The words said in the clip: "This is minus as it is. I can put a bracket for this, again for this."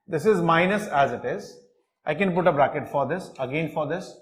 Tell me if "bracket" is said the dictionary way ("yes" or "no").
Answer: yes